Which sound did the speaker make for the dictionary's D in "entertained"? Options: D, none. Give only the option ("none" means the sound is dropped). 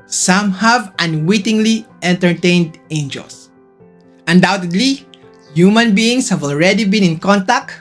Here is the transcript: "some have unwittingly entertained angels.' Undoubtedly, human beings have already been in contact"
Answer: D